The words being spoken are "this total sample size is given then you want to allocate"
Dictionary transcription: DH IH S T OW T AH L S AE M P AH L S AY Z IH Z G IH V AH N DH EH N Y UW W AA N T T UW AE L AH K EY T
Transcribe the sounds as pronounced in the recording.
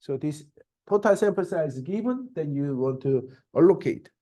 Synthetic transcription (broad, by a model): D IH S T OW T AH L S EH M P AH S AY IH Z G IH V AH N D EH N Y UW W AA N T T UW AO L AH K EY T